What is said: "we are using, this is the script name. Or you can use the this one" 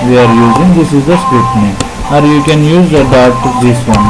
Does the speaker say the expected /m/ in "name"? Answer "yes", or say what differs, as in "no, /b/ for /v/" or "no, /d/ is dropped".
no, /m/ is dropped